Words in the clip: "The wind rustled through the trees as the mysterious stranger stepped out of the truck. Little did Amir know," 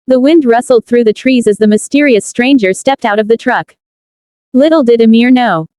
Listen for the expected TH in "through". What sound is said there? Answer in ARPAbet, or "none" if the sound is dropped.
TH